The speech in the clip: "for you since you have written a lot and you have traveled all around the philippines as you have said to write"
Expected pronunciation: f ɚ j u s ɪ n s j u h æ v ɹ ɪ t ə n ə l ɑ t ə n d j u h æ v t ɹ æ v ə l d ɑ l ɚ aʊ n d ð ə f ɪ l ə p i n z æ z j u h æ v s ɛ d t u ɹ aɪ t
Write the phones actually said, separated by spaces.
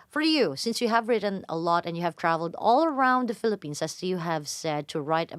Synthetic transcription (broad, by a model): f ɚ j u s ɪ n s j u h æ v ɹ ɪ t ə n ə l ɑ t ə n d j u h æ v t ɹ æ v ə l d ɑ l ɚ aʊ n d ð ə f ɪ l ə p i n s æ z j u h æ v s ɛ d t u ɹ aɪ t